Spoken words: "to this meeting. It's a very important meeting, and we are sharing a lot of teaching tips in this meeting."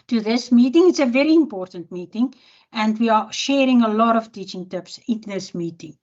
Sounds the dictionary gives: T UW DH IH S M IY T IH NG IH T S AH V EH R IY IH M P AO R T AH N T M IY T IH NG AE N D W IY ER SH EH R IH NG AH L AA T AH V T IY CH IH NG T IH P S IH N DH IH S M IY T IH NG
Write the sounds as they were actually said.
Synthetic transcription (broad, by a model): T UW DH IH S M IY T IH NG IH T S AH V EH R IY IH M P AO R T AH N T M IY T IH NG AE N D W IY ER SH EH R IH NG AH L AA T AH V T IY CH IH NG T IH P S IH N DH IH S M IY T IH NG